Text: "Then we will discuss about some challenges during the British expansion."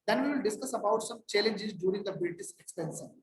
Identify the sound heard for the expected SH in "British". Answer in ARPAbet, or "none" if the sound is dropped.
S